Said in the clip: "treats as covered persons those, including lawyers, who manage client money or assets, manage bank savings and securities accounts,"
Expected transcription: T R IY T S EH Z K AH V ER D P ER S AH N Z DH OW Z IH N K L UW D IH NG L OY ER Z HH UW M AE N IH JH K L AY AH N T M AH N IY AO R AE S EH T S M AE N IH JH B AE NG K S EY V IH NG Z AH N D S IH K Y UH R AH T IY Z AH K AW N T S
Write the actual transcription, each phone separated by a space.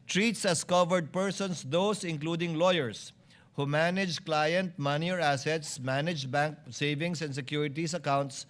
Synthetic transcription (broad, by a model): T R IY T S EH S K AH V ER D P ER S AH N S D OW S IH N K L UW D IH NG L OY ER S HH UW M AE N IH JH K L AY AH N T M AH N IY AO R AE S EH T S M AE N IH JH B AE NG K S EY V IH NG S AH N D S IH K Y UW R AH T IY S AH K AW N T S